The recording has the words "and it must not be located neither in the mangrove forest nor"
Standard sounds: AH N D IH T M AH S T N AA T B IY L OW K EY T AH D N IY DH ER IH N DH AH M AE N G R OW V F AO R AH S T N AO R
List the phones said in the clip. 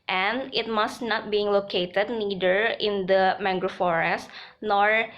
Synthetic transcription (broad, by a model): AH N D IH T M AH S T N AA T B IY L OW K EY T AH D N IY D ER IH N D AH M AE G R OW F AO R AH S T N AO R